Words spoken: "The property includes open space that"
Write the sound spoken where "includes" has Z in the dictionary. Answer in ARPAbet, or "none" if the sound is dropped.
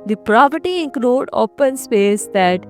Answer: none